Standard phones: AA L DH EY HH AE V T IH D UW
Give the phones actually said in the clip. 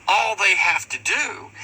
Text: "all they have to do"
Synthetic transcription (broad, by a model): AA L DH EY HH AE F T IH D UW